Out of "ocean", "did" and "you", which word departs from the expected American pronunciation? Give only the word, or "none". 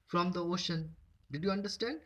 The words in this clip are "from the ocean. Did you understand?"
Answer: none